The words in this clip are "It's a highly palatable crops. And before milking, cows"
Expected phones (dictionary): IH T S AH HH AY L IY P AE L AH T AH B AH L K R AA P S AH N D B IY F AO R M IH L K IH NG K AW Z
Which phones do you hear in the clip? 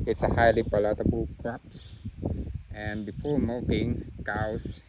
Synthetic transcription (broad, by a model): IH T S AH HH AY L IY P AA L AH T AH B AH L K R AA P S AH N B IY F AO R M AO K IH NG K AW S